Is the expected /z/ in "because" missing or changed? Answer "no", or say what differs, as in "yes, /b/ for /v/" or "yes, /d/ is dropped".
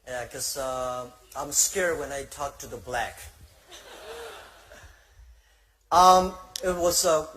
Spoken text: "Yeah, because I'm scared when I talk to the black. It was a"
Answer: yes, /z/ is dropped